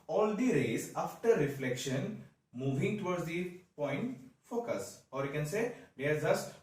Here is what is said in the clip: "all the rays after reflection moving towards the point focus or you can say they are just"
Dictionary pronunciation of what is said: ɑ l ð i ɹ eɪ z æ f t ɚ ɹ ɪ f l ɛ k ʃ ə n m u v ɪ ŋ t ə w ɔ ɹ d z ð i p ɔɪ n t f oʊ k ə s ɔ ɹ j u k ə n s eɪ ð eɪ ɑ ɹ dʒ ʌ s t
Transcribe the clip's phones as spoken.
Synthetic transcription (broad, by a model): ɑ l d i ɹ eɪ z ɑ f t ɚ ɹ ɪ f l ɛ k ʃ ə n m u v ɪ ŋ t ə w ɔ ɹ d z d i p ɔɪ n t f oʊ k ə s ɔ ɹ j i k ə n s eɪ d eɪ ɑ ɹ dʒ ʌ s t